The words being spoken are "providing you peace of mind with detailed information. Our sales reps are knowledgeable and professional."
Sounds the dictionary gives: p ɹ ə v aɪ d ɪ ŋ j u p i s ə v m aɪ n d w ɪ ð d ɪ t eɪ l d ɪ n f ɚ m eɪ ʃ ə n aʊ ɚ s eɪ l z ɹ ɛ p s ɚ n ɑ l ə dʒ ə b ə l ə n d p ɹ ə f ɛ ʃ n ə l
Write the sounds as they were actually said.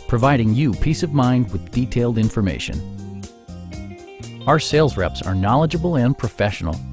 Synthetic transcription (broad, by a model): p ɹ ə v aɪ d ɪ ŋ j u p i s ə v m aɪ n d w ɪ ð d ɪ t eɪ l d ɪ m f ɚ m eɪ ʃ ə n aʊ ɚ s eɪ l z ɹ ɛ p s ɚ n ɑ l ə dʒ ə b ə l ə n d p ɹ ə f ɛ ʃ n l